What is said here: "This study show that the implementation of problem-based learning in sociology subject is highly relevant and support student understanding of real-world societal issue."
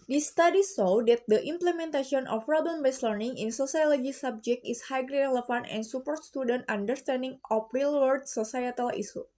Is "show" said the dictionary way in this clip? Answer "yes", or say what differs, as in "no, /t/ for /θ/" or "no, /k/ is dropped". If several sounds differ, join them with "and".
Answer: no, /s/ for /ʃ/